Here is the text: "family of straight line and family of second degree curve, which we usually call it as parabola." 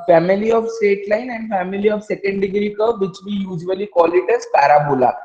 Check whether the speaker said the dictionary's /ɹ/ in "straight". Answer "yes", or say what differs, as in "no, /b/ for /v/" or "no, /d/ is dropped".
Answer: no, /ɹ/ is dropped